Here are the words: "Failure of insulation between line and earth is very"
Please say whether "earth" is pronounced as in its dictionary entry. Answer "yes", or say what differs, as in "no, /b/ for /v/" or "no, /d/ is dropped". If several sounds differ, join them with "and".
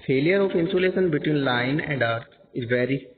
no, /t/ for /θ/